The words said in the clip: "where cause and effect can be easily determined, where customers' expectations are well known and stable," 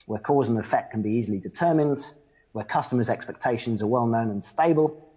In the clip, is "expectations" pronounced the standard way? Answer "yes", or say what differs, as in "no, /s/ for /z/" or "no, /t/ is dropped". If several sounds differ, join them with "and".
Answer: yes